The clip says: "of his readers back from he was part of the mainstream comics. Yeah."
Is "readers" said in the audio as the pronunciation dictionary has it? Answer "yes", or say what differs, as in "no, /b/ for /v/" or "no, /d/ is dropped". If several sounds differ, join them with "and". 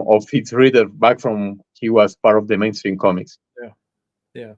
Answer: no, /z/ is dropped